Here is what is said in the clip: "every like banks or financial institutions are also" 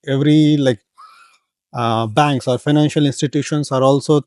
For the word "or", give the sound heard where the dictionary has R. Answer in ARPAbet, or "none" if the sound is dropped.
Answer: R